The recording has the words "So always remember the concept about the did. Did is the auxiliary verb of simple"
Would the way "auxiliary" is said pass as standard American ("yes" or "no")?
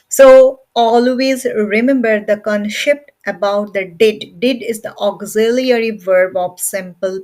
yes